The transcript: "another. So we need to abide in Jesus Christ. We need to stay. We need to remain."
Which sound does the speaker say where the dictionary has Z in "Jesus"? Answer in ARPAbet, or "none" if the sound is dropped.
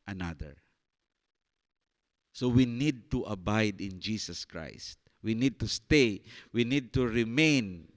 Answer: S